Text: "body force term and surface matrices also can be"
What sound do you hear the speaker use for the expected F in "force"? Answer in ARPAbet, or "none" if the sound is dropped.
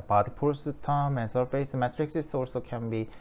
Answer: P